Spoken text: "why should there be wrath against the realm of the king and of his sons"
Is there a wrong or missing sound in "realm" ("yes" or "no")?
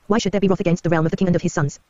no